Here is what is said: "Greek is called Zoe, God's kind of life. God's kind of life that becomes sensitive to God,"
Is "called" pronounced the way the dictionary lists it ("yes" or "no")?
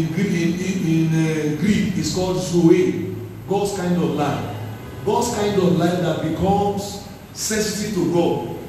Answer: yes